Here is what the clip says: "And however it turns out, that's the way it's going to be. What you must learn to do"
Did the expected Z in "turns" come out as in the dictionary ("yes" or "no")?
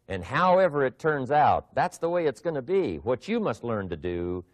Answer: yes